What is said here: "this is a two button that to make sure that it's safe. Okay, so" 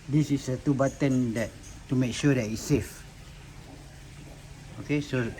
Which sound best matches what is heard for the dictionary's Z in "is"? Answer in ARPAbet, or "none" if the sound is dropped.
S